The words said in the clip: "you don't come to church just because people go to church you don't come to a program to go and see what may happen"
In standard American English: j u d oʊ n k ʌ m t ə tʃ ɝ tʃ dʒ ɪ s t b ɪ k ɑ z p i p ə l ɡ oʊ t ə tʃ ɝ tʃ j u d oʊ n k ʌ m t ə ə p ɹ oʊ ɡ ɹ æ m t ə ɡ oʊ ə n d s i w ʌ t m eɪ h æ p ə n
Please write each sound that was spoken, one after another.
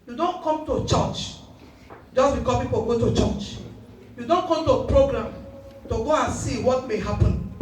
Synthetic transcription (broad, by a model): j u d oʊ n k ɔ m t ə tʃ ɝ tʃ dʒ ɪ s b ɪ k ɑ p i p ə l ɡ oʊ t ə tʃ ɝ tʃ j u d oʊ n k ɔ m t ə p ɹ oʊ ɡ ɹ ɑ m t ə ɡ oʊ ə n s i w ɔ t m eɪ h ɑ p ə n